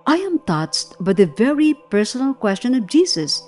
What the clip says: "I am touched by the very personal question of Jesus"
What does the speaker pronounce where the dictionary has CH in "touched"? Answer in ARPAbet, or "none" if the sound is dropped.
S